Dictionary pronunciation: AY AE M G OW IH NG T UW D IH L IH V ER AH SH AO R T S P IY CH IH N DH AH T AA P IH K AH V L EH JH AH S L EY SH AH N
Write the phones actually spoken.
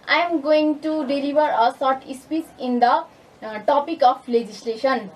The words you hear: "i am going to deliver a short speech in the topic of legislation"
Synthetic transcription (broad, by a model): AY M G OW IH NG T UW D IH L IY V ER AH S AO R T S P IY S IH N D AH T AA P IH K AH P L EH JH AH S L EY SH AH N